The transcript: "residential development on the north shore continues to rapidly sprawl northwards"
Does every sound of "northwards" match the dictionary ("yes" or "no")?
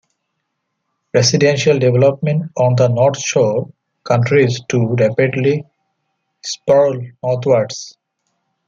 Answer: no